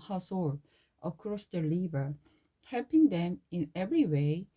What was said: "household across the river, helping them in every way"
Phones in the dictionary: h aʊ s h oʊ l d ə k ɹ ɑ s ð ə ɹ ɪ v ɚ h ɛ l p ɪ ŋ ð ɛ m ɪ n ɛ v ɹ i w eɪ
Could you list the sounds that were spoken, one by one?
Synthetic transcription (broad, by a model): h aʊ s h oʊ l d ə k ɹ ɑ s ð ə l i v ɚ h ɛ l p ɪ ŋ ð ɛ m ɪ n ɛ v ɹ i w eɪ